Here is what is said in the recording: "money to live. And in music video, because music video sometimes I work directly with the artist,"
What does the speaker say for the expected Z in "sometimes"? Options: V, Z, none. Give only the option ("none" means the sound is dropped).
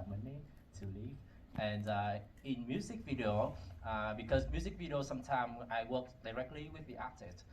none